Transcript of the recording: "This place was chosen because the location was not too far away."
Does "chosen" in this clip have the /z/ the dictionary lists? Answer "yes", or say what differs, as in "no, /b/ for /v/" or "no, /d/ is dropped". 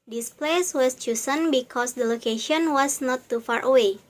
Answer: no, /s/ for /z/